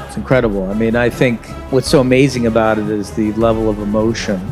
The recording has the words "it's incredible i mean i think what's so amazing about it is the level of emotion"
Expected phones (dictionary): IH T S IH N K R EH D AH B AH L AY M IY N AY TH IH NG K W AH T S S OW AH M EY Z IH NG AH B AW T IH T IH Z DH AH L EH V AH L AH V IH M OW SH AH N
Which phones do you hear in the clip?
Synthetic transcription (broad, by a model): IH T S N K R EH D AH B L AY M IY N AY TH IH NG K W AH T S S OW AH M EY Z IH NG AH B AW T IH T IH Z DH AH L EH V L AH V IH M OW SH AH N